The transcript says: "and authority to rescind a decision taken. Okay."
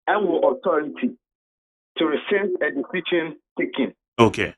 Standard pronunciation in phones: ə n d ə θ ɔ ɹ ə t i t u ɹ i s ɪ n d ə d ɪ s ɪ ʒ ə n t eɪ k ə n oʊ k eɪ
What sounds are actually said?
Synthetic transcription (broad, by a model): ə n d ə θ ɔ ɹ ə t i t u ɹ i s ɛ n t ə d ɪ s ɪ ʃ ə n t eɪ k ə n oʊ k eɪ